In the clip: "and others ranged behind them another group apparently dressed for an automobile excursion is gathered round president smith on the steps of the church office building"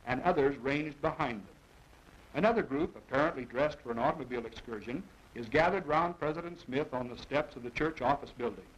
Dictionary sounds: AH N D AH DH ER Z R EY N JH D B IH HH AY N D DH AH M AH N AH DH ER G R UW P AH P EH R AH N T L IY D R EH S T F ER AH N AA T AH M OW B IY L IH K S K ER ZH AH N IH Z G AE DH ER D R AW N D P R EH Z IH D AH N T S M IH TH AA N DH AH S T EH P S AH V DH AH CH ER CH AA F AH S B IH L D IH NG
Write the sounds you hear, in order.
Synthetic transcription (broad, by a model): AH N AH DH ER Z R EY N JH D B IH HH AY N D DH AH M AH N AH DH ER G R UW P AH P EH R AH N T L IY D R EH S T F ER AH N AA T AH M OW B IY L IH K S K ER ZH AH N IH Z G AE DH ER D R AW N P R EH Z IH D AH N T S M IH TH N DH AH S T EH P S AH V DH AH CH ER CH AA F AH S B IH L D IH NG